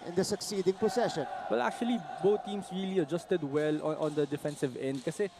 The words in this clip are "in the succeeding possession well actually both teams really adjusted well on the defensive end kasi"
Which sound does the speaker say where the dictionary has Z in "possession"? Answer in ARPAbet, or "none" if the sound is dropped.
S